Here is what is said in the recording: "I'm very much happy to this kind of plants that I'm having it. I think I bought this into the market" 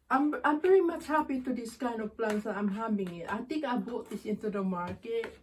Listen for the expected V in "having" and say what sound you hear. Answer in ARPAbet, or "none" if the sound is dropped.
B